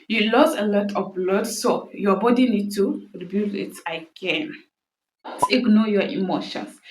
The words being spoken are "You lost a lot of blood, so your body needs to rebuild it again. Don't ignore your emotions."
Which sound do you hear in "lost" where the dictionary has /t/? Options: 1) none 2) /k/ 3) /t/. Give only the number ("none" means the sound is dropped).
1